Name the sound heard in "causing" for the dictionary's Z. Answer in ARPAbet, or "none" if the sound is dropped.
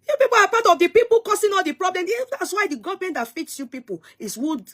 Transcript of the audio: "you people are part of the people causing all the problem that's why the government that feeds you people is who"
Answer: S